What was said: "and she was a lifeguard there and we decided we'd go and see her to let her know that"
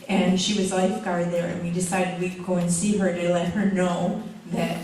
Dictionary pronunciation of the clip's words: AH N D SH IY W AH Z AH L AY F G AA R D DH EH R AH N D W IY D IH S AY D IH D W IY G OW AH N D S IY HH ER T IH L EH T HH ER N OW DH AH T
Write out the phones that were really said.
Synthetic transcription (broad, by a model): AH N SH IY W AH Z L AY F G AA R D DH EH R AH N W IY D IH S AY D IH D W IY G OW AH N S IY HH ER T IH L EH T HH ER N OW DH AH T